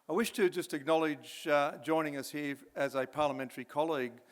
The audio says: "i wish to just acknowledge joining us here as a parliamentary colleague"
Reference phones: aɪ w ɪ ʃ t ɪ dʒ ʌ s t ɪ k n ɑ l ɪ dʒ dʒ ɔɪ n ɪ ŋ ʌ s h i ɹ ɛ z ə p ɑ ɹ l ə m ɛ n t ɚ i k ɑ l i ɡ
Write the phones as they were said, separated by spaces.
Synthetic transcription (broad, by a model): aɪ w ɪ ʃ t ɪ dʒ ʌ s t ɪ k n ɑ l ɪ dʒ dʒ ɔɪ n ɪ ŋ ʌ s h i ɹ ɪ z ə p ɑ ɹ l ə m ɛ n t ɚ i k ɑ l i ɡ